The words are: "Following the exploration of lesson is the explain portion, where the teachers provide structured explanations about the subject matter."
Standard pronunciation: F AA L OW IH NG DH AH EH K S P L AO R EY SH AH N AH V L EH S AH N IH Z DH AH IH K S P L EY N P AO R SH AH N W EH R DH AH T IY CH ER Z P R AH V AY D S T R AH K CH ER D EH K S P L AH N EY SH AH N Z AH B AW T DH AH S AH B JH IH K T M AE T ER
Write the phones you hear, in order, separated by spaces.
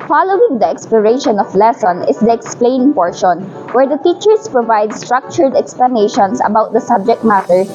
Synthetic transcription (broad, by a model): F AA L OW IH NG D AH EH K S P L AO R EY SH AH N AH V L EH S AH N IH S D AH IH K S P L EY N P AO R SH AH N W EH R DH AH T IY CH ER S P R AH V AY D S T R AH K CH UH D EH K S P L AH N EY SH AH N S AH B AW T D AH S AH B JH IH K T M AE T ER